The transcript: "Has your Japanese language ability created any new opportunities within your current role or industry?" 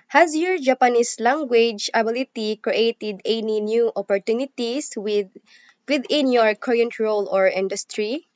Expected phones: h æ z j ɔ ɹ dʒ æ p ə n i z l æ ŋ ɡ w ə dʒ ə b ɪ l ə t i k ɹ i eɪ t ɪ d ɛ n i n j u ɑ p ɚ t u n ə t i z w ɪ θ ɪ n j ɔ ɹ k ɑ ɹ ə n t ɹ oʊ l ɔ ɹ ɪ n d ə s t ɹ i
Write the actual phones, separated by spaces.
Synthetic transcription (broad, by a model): h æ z j ɔ ɹ dʒ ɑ p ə n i s l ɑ ŋ ɡ w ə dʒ ə b ɪ l ə t i k ɹ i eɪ t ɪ d ɛ n i n j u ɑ p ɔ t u n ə t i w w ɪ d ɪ n j ɔ ɹ k ɑ ɹ ə n t ɹ oʊ l ɔ ɹ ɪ n d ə s t ɹ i